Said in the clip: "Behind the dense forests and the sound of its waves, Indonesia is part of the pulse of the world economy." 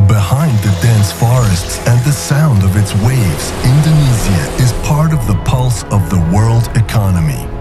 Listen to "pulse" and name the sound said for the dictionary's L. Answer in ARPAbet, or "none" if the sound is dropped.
L